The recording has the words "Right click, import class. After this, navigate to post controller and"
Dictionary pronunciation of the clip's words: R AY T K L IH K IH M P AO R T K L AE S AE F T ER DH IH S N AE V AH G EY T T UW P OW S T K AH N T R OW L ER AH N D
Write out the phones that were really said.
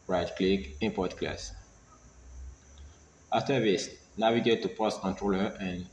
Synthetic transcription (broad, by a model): R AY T K L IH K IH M P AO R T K L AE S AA F T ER DH IH S N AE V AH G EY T T UW P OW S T K AH N T R OW L ER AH N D